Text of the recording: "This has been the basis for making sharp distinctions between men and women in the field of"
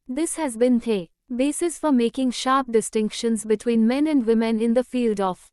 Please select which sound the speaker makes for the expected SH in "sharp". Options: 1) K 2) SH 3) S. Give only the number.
2